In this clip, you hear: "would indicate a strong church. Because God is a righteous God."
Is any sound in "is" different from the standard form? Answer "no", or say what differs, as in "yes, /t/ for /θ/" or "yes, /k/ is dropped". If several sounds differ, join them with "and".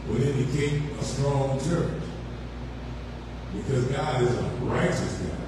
no